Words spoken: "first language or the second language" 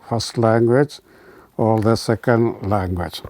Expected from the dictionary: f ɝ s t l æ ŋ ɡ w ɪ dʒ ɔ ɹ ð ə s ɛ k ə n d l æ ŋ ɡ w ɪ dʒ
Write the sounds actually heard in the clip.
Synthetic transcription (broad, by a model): f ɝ s t l æ ŋ ɡ w ɪ dʒ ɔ l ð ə s ɛ k ə n d l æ ŋ ɡ w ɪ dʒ